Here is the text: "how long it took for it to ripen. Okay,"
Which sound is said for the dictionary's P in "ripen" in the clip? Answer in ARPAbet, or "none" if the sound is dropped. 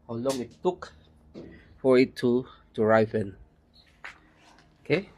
F